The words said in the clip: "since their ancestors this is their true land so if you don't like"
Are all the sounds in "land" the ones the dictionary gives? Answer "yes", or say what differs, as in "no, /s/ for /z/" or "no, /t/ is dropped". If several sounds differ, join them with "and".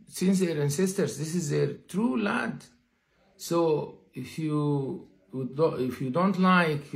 no, /n/ is dropped